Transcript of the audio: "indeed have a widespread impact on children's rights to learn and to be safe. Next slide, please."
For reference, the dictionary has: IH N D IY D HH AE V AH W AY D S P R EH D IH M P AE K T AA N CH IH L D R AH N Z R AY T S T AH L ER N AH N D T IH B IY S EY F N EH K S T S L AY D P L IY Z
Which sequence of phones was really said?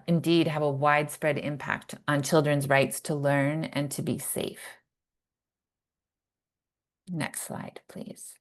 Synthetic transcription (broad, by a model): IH N D IY D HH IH V AH W AY D S P R EH D IH M P AE K T N CH IH L D R AH N Z R AY T S T AH L ER N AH N T IH B IY S EY F N EH K S T S L AY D P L IY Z